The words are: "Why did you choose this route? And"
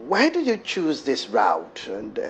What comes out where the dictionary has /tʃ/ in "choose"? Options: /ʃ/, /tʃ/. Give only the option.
/tʃ/